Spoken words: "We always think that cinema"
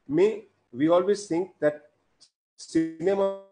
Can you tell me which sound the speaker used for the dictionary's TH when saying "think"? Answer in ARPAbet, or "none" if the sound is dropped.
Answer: T